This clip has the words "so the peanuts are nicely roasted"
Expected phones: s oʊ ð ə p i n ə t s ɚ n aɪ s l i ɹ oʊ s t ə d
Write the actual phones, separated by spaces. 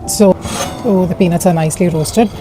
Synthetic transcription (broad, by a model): s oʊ ð ə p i n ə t ɚ n aɪ s l i ɹ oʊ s t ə d